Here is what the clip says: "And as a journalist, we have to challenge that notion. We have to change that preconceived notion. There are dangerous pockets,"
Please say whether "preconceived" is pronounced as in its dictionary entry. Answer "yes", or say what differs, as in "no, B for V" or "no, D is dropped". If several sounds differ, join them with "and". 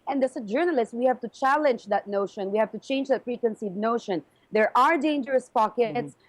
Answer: no, F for P and V is dropped